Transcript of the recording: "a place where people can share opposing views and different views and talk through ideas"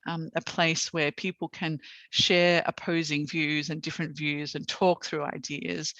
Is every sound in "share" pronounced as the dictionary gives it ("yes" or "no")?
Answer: yes